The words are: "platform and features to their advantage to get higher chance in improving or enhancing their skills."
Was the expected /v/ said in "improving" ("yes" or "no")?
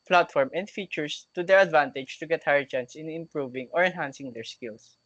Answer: yes